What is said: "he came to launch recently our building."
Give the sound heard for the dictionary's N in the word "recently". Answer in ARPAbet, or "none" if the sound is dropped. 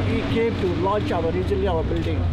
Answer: none